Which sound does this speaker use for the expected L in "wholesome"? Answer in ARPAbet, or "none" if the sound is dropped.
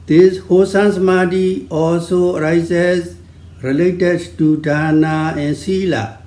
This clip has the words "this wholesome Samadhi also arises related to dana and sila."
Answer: none